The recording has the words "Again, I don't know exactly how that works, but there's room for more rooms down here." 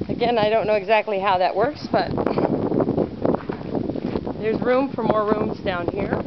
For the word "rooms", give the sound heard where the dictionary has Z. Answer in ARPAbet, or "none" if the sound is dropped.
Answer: Z